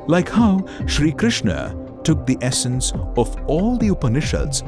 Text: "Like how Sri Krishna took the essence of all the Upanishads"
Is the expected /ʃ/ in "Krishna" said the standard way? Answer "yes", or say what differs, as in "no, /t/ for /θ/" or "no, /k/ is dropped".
yes